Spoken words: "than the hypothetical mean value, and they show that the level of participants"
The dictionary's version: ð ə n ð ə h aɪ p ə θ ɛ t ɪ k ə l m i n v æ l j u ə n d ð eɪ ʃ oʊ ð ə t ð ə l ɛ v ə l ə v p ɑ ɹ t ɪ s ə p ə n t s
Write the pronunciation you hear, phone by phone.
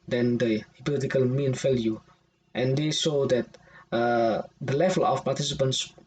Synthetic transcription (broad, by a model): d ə n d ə h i p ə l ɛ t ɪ k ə l m i n f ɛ l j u ə n d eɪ s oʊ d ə t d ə l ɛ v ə l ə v p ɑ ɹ t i s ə p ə n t s